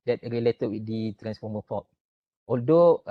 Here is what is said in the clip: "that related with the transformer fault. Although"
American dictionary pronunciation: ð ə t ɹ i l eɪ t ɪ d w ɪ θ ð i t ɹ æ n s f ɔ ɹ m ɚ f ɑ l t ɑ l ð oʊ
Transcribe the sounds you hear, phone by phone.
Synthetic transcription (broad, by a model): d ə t ɹ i l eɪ t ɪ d w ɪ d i t ɹ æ n s f ɔ m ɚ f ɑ t ɑ l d oʊ